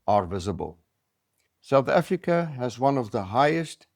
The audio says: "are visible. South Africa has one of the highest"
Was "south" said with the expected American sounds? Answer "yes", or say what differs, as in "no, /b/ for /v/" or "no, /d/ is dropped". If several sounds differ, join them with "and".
yes